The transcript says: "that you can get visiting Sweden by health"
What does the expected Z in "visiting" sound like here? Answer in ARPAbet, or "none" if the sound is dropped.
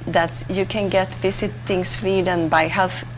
S